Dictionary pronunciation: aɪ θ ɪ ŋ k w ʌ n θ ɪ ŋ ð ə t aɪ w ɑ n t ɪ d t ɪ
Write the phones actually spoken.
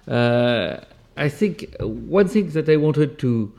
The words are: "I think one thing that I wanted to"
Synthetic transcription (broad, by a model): aɪ θ ɪ ŋ k w ʌ n θ ɪ ŋ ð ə t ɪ w ɑ n t ɪ d t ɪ